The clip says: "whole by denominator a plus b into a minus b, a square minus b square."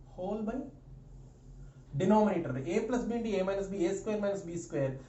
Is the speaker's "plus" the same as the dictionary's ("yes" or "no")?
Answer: yes